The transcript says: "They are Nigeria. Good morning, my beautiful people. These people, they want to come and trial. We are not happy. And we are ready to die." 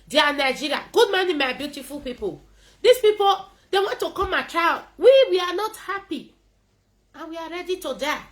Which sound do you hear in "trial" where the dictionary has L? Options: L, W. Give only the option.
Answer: W